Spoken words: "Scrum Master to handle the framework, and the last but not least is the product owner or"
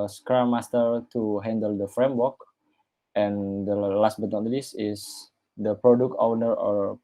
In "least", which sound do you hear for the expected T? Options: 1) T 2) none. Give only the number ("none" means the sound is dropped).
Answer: 2